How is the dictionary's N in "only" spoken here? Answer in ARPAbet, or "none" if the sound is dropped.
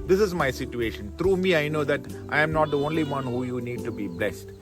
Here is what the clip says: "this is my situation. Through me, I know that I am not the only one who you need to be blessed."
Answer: N